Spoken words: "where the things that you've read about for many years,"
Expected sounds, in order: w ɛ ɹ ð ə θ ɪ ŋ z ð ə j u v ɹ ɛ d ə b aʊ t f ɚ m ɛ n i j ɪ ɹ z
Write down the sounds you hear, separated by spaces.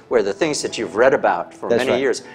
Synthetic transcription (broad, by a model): w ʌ ɹ ð ə θ ɪ ŋ z ð ə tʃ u v ɹ ɛ d ə b aʊ t f ɚ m ɛ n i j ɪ ɹ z